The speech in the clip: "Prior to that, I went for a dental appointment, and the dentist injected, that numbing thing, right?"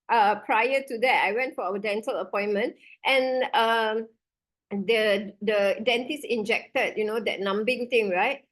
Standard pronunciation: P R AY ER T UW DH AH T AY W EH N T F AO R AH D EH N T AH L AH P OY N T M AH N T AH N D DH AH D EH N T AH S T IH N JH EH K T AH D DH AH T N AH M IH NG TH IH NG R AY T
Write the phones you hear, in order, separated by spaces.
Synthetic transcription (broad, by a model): P R AY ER T UW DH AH T AY W EH N T F AO W AH D EH N T AH L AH P OY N M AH N T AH N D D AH D EH N T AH S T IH N JH EH K T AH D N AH T N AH M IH NG T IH NG R AY T